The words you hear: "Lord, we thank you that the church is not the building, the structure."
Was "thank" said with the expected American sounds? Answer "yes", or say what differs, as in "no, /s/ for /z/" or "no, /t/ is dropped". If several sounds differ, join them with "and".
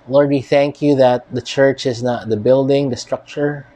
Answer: yes